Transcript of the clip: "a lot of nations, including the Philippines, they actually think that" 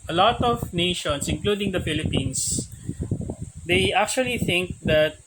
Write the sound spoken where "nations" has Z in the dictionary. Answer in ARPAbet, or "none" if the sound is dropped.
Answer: S